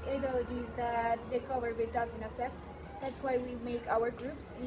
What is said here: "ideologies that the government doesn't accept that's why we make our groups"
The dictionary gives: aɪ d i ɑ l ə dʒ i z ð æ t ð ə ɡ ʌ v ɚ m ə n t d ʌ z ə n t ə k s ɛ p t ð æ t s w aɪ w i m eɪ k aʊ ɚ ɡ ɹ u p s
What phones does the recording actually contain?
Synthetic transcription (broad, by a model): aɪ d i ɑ l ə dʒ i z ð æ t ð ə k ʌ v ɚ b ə t d ʌ z ə n t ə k s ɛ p t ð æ t s w aɪ w i m eɪ k aʊ ɚ ɡ ɹ u p s